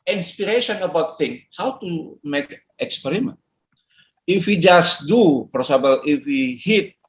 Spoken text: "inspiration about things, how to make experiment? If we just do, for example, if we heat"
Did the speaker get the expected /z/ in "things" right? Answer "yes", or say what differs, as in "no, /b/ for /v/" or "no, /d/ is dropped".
no, /z/ is dropped